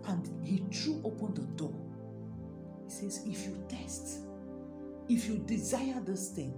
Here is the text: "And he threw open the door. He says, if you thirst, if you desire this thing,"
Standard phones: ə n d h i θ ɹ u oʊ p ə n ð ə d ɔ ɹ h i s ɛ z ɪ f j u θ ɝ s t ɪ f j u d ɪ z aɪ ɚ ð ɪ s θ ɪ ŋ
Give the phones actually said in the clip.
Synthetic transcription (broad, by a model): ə n d h i t ɹ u oʊ p ə n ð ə d ɔ h i s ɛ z ɪ f j u t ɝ s t ɪ f j u d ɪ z aɪ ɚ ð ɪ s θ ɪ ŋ